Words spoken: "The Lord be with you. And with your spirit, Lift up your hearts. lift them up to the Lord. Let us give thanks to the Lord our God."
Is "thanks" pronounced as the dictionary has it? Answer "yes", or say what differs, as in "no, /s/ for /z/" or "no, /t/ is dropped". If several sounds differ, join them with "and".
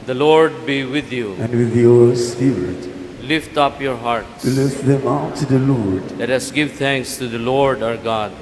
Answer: no, /t/ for /θ/